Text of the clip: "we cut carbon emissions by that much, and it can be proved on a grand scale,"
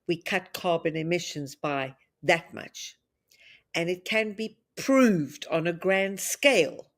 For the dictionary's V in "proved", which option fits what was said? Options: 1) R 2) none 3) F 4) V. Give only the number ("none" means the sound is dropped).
4